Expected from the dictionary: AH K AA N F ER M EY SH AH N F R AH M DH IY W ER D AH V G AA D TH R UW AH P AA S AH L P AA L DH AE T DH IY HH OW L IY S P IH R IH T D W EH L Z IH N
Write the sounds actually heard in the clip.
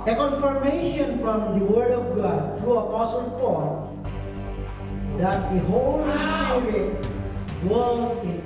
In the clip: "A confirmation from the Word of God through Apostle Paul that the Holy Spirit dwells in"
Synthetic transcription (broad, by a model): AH K AA N F ER M EY SH AH N F R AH M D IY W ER D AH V G AA D T R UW AH P AA S AH L P AA L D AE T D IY HH OW L IY S P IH R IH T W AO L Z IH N